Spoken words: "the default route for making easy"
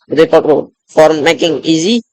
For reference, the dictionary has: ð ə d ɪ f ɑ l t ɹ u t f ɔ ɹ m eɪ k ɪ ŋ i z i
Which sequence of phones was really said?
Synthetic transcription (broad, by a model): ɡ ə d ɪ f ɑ t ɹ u f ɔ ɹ m eɪ k ɪ ŋ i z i